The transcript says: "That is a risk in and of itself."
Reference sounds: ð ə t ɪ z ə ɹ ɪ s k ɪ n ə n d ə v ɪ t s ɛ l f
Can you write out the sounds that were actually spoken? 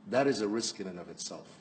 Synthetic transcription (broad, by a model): ð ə t ɪ z ə ɹ ɪ s k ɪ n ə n ə v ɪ t s ɛ l f